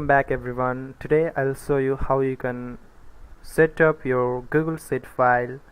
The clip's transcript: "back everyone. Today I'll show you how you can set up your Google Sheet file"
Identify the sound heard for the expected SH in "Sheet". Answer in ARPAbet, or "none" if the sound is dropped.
S